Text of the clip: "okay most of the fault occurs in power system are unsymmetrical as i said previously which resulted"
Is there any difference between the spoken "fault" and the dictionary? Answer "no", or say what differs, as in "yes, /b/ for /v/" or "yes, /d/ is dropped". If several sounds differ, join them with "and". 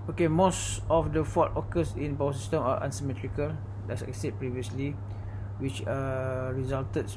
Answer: yes, /l/ is dropped